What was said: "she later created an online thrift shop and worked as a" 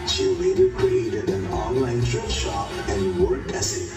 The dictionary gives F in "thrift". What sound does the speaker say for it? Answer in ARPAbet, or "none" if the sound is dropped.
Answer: none